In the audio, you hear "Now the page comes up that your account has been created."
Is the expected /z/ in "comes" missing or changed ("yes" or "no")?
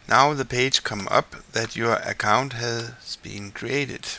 yes